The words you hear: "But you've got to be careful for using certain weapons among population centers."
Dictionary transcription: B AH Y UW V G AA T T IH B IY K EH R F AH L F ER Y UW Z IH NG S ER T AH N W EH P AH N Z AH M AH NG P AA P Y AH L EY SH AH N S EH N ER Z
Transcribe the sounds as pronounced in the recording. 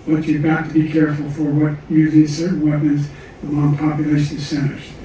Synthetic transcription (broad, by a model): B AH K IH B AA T T IH B IY K EH R F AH L F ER Y UW Z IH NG S ER T N W EH P AH N Z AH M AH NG P AA P Y AH L EY SH AH N S EH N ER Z